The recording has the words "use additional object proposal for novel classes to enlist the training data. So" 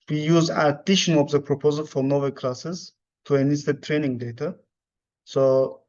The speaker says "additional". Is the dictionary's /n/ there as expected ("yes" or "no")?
no